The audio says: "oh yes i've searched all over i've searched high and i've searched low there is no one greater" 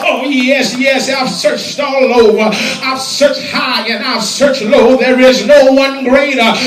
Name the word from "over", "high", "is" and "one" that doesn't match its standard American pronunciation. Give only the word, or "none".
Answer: none